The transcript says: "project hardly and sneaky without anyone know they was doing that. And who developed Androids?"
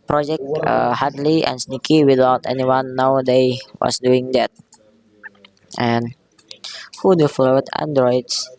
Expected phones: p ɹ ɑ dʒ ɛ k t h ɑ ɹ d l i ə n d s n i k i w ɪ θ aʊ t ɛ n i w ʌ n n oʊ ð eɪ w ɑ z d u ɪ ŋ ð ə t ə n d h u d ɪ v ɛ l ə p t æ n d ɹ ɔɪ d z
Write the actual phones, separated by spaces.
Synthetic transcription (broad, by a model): p ɹ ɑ dʒ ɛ k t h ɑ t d l i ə n s n i k i w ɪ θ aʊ t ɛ n i w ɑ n n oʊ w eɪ w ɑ s d u ɪ ŋ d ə t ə n h u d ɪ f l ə t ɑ n d ɹ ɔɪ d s